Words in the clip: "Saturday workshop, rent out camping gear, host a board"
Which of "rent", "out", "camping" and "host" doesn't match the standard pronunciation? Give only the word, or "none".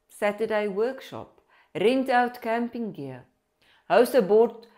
host